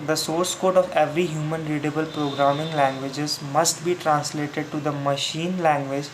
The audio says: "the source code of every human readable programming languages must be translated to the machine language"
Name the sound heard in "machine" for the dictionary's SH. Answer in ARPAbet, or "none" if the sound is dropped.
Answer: SH